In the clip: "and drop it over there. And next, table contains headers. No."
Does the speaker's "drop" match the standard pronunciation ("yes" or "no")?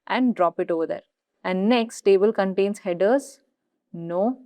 yes